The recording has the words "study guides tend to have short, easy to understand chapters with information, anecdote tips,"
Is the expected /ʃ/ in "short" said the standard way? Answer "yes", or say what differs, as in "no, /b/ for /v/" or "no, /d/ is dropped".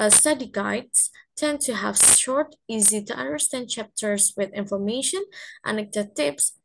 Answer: yes